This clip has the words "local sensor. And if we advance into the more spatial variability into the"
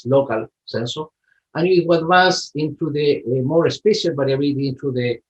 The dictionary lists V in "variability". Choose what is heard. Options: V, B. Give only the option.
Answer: B